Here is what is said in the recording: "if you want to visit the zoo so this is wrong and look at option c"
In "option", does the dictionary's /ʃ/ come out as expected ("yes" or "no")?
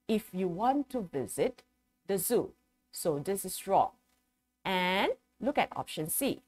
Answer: yes